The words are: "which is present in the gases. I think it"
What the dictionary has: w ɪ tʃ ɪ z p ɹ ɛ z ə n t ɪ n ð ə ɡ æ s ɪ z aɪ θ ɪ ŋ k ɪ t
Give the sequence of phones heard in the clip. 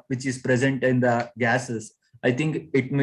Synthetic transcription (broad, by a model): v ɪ tʃ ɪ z p ɹ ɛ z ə n t ɪ n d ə ɡ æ s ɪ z aɪ t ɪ ŋ k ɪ t